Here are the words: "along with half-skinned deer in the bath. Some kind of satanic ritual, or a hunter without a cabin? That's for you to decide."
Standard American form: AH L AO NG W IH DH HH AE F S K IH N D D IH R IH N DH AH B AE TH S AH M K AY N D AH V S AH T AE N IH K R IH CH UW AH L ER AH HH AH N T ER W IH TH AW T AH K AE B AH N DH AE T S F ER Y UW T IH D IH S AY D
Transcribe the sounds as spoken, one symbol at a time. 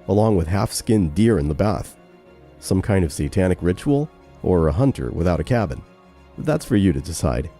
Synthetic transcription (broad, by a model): AH L AO NG W IH DH HH AE F S K IH N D D IH R IH N DH AH B AE TH S AH M K AY N D AH V S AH T AE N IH K R IH CH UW L ER AH HH AH N T ER W IH TH AW T AH K AE B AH N DH AE T S F ER Y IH T IH D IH S AY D